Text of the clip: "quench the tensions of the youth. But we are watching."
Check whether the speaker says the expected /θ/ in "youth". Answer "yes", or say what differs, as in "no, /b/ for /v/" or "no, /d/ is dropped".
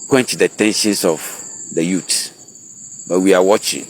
no, /t/ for /θ/